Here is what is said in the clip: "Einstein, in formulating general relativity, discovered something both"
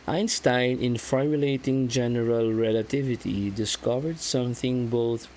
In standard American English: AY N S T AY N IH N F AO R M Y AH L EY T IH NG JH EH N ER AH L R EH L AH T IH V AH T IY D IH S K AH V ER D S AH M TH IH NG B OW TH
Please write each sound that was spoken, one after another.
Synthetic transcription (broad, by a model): AY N S T AY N IH N F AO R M Y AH L EY T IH NG JH EH N ER AH L R EH L AH T IH V AH T IY D IH S K AH V ER D S AH M TH IH NG B OW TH